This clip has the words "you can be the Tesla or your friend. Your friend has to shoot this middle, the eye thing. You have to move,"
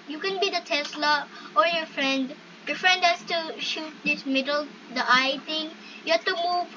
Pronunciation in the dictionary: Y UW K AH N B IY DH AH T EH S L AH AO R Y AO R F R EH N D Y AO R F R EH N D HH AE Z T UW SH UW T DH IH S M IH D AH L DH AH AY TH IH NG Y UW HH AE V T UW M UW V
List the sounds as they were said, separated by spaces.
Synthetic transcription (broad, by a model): Y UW K AH N B IY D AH T EH S L AH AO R Y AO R F R EH N D Y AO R F R EH N D HH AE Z T UW SH UW T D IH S M IH D AH L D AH AY T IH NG Y UW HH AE T UW M UW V